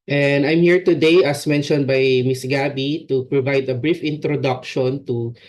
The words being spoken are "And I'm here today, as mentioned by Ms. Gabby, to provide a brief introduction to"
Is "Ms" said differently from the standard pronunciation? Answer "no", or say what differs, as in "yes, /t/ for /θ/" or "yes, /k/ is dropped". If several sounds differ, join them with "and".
yes, /s/ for /z/